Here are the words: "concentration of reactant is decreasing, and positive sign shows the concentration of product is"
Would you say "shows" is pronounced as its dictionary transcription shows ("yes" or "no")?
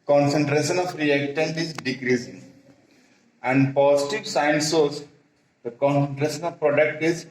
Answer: no